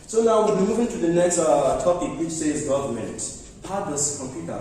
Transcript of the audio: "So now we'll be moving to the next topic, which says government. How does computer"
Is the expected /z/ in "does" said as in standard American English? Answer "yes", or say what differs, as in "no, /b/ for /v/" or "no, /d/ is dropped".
no, /s/ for /z/